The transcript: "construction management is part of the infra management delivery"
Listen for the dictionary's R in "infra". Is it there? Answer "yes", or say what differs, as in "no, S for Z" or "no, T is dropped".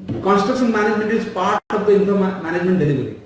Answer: no, R is dropped